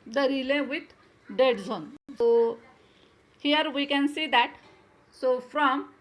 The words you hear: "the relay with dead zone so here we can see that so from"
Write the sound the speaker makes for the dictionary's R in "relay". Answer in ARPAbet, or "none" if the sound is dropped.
R